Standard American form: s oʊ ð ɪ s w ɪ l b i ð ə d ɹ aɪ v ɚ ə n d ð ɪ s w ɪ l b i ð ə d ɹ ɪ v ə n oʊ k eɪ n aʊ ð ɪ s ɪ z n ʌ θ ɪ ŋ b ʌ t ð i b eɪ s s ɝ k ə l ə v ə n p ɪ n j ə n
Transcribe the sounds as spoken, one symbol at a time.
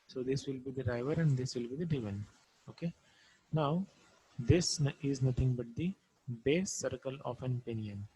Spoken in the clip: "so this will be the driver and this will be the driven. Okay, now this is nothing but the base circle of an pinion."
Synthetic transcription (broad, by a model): s oʊ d ɪ s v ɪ l b i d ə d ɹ aɪ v ɚ ə n d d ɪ s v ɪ l b i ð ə d ɪ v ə n oʊ k eɪ n aʊ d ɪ s ɪ z n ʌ t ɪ ŋ b ʌ t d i b eɪ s s ɝ k ə l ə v ə n p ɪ n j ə n